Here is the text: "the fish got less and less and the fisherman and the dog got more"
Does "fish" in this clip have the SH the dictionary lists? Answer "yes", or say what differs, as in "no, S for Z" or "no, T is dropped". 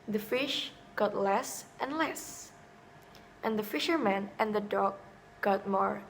yes